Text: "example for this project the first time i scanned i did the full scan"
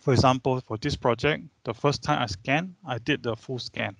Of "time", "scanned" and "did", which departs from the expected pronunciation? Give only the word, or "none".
scanned